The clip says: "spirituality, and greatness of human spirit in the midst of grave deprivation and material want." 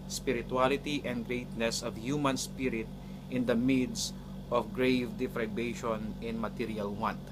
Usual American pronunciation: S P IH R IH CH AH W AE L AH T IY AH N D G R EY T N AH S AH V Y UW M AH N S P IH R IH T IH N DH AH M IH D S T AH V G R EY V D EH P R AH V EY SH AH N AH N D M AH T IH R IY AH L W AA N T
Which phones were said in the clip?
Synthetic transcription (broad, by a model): S P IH R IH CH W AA L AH T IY AH N D G R EY T N AH S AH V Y UW M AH N S P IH R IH T IH N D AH M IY D S T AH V G R EY V D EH F R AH B EY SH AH N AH N M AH T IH R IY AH L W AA N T